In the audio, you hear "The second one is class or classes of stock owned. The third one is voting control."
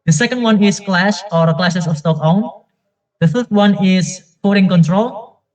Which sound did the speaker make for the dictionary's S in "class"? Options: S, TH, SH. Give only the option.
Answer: SH